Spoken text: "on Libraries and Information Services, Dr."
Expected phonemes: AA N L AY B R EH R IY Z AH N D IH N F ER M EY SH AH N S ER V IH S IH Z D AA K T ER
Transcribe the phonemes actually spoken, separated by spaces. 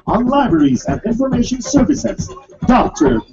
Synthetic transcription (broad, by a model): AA N L AY B R EH R IY Z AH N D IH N F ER M EY SH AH N S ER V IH S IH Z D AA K T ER